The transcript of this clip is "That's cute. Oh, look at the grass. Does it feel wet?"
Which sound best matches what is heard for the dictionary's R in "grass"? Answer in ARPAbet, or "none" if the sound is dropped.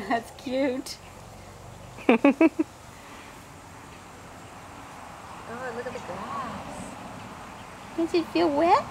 none